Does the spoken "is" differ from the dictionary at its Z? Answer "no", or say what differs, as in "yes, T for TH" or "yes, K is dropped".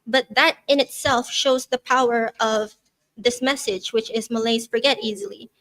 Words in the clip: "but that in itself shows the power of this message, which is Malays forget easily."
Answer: no